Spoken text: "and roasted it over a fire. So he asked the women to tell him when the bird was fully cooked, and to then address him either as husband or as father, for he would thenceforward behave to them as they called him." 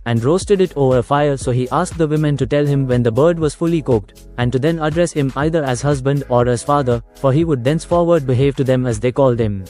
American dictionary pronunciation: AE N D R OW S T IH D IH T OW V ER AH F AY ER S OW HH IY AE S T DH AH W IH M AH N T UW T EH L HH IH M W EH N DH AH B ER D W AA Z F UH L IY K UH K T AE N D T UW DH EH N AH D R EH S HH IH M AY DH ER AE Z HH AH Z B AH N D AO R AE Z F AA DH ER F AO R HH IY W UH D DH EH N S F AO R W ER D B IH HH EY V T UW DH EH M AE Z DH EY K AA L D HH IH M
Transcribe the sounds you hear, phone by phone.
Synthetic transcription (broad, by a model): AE N D R OW S T IH D IH T OW V ER AH F AY ER S OW HH IY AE S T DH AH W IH M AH N T UW T EH L HH IH M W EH N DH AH B ER D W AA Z F UH L IY K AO K T AE N D T UW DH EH N AH D R EH S HH IH M AY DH ER AE Z HH AH Z B AH N D AO R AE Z F AA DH ER F AO R HH IY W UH D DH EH N S F AO R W ER D B IH HH EY V T UW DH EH M AE Z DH EY K AA L D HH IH M